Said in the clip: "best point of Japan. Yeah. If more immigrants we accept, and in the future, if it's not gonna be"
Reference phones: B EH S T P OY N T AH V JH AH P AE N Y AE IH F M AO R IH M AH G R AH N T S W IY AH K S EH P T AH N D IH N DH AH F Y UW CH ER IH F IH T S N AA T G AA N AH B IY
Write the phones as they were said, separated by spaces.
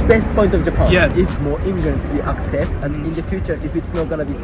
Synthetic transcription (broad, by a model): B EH S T P OY N T AH V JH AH P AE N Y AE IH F M AO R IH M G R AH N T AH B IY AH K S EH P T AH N IH N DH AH F Y UW CH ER IH F IH T S N AA T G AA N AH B IY